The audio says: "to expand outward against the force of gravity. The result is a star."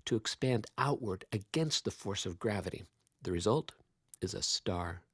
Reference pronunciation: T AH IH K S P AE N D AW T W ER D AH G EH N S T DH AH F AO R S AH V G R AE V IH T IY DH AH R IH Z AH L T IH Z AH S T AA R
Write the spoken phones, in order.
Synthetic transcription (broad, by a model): T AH IH K S P AE N D AW T W ER D AH G EH N S T DH AH F AO R S AH V G R AE V IH T IY DH AH R IH Z AH L T IH Z AH S T AA R